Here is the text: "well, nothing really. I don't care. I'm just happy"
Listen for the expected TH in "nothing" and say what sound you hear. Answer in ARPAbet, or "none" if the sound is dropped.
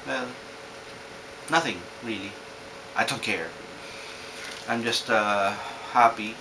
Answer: TH